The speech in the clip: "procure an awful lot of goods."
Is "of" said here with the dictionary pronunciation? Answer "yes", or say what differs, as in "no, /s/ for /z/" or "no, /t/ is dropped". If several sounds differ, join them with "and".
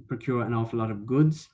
yes